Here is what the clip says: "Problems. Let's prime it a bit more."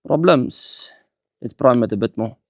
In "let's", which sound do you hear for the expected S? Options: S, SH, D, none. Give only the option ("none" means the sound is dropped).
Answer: none